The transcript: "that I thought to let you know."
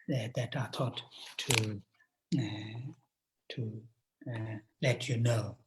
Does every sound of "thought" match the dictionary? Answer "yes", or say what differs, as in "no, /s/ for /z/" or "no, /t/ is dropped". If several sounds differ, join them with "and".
no, /t/ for /θ/